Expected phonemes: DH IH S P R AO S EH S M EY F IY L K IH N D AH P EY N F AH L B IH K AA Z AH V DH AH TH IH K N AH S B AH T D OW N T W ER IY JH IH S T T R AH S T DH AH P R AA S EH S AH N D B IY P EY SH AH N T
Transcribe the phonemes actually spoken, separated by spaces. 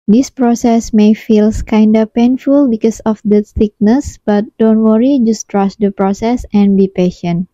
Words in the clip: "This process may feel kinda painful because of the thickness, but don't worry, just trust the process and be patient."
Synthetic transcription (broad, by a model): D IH S P R AO S EH S M EY F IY L K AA N D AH P EY N F AH L B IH K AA S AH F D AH S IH K N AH S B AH T D OW N T W ER IY JH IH S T T R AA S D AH P R AA S EH S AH N B IY P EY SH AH N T